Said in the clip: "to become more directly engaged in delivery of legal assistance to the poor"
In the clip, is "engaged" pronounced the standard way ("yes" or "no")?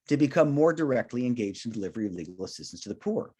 yes